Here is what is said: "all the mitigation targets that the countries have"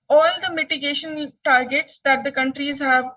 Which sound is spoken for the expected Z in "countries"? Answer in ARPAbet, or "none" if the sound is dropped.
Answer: Z